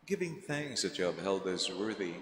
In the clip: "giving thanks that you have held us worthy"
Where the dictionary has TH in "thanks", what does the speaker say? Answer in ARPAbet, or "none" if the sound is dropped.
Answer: TH